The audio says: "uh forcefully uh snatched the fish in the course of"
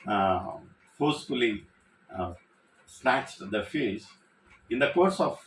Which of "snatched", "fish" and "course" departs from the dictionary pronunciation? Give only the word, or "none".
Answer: fish